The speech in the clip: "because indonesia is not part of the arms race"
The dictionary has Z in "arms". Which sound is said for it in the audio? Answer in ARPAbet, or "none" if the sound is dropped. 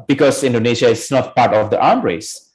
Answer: none